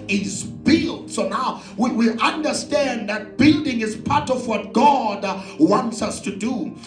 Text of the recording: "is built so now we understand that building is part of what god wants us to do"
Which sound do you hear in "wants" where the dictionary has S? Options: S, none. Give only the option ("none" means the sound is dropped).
S